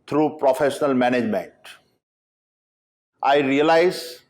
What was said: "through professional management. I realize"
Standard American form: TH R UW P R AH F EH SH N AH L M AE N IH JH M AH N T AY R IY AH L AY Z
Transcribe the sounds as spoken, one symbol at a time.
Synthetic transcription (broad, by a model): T R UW P R AH F EH SH N AH L M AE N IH JH M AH N T AY R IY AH L AY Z